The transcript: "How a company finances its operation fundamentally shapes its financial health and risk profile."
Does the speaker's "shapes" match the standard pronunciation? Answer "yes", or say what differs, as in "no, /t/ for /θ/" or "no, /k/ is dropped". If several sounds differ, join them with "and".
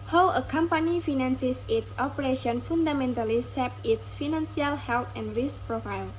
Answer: no, /s/ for /ʃ/ and /s/ is dropped